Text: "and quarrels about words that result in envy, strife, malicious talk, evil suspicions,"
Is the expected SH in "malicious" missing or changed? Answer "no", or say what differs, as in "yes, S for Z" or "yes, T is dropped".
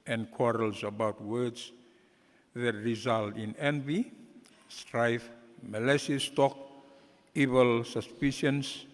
yes, S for SH